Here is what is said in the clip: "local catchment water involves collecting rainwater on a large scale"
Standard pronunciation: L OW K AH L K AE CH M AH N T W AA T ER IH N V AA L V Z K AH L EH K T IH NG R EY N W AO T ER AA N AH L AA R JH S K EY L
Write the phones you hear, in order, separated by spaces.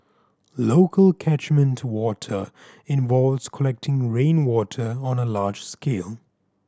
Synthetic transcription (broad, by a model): L OW K AH L K AE CH M AH N T W AA T ER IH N V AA L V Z K AH L EH K T IH NG R EY N W AO T ER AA N AH L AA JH S K EY L